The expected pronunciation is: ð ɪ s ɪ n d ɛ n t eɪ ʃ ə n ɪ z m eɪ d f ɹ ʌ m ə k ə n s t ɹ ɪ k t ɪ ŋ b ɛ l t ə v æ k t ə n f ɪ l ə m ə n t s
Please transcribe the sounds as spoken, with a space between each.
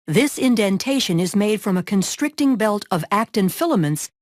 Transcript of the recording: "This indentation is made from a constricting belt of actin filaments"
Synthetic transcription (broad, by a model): ð ɪ s ɪ n d ɛ n t eɪ ʃ ə n ɪ z m eɪ d f ɹ ʌ m ə k ə n s t ɹ ɪ k t ɪ ŋ b ɛ l t ə v æ k t ə n f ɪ l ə m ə n t s